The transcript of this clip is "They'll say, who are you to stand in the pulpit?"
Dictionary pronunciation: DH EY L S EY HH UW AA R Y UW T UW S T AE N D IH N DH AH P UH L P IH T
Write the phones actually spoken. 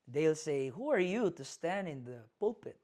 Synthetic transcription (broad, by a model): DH EY L S EY HH UW AA R Y UW T UW S T AE N D IH N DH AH P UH L P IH T